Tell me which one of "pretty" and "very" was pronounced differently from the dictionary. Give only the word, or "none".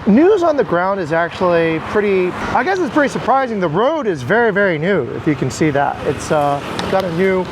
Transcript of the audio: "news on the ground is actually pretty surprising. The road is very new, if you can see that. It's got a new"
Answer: none